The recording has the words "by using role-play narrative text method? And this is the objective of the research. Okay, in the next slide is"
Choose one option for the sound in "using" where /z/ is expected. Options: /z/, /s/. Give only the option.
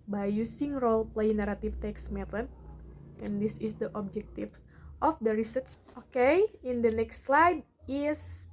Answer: /s/